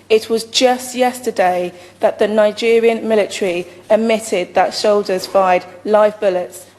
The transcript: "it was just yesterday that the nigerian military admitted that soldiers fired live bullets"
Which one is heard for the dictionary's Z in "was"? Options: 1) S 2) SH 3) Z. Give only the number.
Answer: 3